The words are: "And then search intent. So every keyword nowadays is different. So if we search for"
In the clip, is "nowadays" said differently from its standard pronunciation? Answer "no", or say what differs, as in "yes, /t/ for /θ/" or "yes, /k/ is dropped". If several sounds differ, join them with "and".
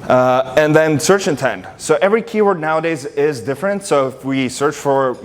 no